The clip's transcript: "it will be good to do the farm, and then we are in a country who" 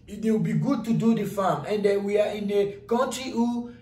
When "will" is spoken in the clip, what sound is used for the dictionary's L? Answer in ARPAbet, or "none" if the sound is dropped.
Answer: W